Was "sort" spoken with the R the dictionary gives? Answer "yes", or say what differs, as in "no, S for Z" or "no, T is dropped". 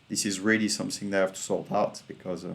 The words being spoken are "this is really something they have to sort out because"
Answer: no, L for R